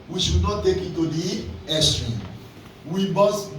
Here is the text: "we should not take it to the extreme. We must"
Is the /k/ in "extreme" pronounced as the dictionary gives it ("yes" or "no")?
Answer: no